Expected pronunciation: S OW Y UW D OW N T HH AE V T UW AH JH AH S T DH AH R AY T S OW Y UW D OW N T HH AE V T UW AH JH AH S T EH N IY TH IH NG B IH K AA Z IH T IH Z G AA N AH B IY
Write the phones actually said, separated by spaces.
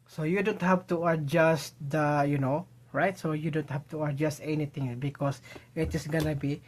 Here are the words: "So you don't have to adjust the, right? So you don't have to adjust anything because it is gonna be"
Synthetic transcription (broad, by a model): S OW Y UW D OW N T HH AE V T UW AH JH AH S T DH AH R AY T S OW Y UW D OW N T HH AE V T UW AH JH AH S T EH N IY T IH NG B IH K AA S IH T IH S G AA N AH B IY